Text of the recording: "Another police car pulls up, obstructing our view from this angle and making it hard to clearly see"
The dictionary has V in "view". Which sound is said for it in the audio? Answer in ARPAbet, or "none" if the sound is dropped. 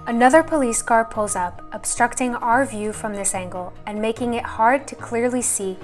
V